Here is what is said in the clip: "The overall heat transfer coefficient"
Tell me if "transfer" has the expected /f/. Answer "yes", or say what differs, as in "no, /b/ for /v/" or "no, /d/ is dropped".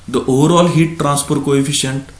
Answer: no, /p/ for /f/